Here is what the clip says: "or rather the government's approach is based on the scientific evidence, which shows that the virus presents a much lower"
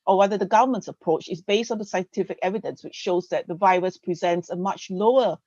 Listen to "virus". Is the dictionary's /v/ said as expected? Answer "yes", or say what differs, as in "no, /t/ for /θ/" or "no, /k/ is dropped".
yes